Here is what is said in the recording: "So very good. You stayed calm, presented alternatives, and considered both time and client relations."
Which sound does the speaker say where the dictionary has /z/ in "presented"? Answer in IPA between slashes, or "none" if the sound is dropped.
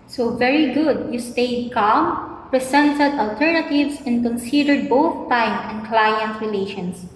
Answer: /s/